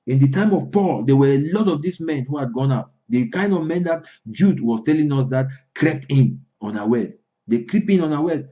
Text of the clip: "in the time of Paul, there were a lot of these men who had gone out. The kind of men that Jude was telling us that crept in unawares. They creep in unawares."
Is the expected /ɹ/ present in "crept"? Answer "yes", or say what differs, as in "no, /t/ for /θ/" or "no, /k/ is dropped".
yes